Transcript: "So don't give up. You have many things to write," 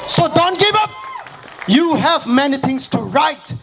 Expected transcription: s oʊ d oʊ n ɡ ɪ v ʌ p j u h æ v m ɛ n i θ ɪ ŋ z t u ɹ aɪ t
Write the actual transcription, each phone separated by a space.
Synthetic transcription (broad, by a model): s oʊ d oʊ n ɡ ɪ v ʌ p j u h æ v m ɛ n i t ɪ ŋ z t u ɹ aɪ t